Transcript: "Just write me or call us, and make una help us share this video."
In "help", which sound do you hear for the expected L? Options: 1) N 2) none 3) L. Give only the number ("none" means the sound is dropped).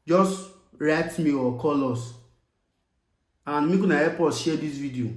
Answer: 2